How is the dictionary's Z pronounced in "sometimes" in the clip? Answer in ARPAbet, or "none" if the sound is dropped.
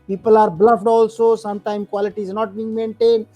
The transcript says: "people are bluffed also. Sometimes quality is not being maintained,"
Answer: none